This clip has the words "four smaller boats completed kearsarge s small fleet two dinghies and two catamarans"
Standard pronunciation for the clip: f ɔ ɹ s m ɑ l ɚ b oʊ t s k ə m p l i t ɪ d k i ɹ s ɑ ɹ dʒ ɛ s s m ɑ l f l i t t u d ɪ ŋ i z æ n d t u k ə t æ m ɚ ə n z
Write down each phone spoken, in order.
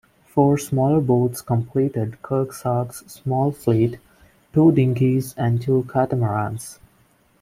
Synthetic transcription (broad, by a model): f ɔ ɹ s m ɑ l ɚ b oʊ t s k ə m p l i t ɪ d k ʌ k s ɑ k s s m ɑ l f l i t t u d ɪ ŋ i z æ n d t u k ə t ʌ m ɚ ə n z